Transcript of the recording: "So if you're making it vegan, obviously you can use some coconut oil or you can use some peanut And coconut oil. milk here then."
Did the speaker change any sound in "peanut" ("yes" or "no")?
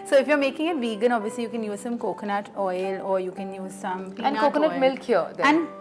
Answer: yes